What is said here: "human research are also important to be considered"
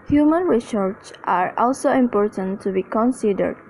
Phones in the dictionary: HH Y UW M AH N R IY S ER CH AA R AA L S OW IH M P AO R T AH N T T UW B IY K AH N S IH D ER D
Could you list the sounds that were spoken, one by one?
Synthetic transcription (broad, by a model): HH Y UW M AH N R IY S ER S AA R AA L S OW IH M P AO R T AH N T T UW B IY K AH N S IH D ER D